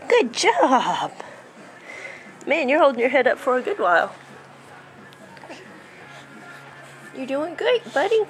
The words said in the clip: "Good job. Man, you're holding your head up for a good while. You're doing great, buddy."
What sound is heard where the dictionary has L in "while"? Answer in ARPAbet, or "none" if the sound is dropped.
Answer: L